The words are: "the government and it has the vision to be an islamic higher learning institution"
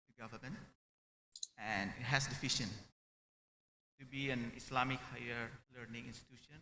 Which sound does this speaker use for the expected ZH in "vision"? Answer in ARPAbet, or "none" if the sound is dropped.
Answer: SH